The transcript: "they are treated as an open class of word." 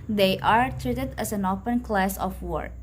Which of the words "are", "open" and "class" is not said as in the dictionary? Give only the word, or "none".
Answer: none